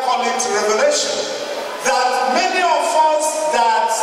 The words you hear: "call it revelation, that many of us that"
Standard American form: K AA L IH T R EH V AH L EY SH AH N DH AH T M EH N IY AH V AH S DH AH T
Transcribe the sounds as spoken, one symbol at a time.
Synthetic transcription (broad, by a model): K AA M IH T R EH V AH L EY SH AH N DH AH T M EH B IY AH F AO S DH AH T